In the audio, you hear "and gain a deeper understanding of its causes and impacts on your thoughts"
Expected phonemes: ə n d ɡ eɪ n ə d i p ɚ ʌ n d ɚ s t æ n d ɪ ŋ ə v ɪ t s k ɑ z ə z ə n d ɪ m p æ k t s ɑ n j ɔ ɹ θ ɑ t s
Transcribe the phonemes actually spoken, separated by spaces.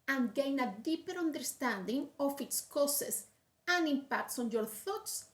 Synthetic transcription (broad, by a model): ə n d ɡ eɪ n ə d i p ɚ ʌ n d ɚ s t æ n d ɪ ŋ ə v ɪ t s k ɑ s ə s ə n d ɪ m p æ k t s ɑ n j ɔ ɹ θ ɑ t s